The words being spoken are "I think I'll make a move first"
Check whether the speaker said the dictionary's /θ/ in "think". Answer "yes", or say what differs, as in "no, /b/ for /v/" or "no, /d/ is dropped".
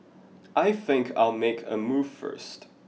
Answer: yes